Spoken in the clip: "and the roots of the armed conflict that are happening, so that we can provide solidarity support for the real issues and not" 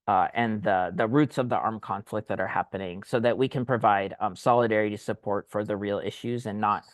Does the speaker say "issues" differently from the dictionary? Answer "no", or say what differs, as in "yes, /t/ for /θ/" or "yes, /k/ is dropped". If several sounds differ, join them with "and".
no